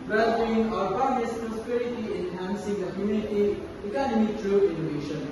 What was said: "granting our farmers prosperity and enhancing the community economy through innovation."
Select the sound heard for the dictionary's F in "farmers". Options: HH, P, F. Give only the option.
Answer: P